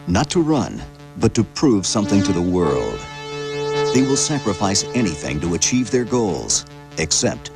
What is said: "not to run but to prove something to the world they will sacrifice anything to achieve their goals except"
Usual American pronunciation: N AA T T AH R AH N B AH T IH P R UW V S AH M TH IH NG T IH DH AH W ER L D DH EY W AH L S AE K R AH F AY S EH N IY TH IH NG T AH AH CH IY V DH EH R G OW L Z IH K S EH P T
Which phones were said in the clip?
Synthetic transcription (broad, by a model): N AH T T AH R AH N B AH T IH P R UW V S AH M TH IH NG T IH DH AH W ER L D DH EY W AH L S AE K R AH F AY S EH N IY TH IH NG T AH AH CH IY V DH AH R G OW L Z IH K S EH P T